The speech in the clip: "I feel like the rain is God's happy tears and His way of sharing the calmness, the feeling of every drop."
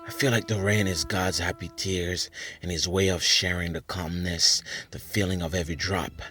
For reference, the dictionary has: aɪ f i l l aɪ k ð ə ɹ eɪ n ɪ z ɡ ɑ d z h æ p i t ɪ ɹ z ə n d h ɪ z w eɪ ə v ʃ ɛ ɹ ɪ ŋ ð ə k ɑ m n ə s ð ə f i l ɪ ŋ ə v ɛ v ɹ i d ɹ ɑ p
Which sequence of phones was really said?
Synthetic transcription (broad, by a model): aɪ f i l l aɪ k ð ə ɹ eɪ n ɪ z ɡ ɑ d z h æ p i t ɪ ɹ z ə n ɪ z w eɪ ə v ʃ ɛ ɹ ɪ ŋ ð ə k ɑ m n ə s ð ə f i l ɪ ŋ ə v ɛ v ɹ i d ɹ ɑ p